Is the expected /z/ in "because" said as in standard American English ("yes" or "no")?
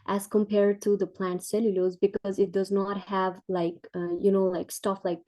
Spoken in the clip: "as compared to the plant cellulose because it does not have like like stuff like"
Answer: yes